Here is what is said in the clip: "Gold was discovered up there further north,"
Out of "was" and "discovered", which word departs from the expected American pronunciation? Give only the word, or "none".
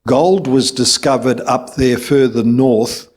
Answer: none